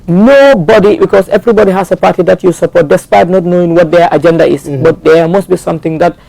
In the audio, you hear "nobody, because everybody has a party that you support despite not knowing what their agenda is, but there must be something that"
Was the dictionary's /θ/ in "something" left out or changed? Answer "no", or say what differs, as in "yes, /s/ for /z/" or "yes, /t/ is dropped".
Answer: yes, /t/ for /θ/